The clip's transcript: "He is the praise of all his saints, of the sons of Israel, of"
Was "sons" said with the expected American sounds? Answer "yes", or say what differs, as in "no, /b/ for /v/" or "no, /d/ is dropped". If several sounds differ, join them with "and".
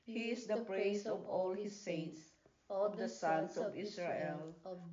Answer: no, /s/ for /z/